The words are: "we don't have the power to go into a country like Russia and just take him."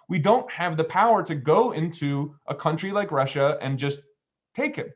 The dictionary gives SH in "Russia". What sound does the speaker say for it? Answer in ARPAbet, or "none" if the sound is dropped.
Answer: SH